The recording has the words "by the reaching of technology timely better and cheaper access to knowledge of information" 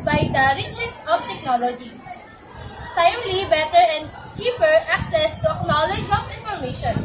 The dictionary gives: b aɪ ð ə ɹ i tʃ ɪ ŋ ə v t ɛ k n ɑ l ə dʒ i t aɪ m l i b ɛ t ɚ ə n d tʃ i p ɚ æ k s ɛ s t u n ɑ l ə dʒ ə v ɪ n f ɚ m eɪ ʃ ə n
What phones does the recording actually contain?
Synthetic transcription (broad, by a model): b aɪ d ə ɹ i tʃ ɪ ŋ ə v t ɛ k n ɑ l ə dʒ i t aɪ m l i b ɛ t ɚ ə n d tʃ i p ɚ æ k s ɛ s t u n ɑ l ə dʒ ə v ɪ n f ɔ m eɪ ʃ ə n